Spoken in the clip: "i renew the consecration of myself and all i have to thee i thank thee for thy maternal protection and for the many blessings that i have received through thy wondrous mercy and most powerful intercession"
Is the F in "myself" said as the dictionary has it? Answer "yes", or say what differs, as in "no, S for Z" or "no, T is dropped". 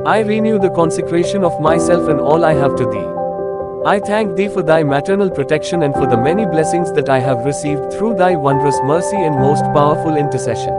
yes